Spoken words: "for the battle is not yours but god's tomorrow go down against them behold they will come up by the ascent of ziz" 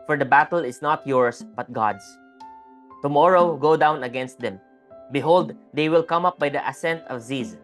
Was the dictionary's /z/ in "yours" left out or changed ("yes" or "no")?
yes